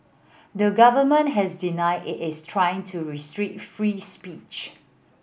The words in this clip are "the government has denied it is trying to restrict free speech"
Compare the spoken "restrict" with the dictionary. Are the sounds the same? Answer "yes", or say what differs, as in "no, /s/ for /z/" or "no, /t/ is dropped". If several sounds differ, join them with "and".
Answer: no, /k/ is dropped